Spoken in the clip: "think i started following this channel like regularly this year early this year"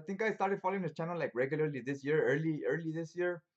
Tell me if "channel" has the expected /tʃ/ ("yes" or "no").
yes